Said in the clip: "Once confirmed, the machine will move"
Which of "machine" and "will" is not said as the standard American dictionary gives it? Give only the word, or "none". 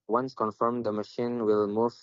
none